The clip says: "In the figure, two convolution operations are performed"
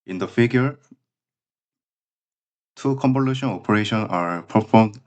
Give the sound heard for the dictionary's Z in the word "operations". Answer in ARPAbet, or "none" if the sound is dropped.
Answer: none